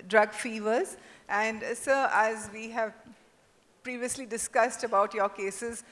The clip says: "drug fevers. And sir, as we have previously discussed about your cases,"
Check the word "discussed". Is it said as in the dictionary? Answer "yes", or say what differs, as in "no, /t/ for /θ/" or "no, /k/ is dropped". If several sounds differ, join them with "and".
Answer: yes